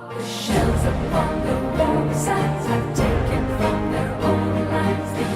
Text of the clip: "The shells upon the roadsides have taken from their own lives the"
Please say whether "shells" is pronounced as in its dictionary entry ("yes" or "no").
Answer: yes